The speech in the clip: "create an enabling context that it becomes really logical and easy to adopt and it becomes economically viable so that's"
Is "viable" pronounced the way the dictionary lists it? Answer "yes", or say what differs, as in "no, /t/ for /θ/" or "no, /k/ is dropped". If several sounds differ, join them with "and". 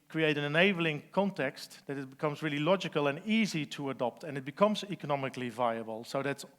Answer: yes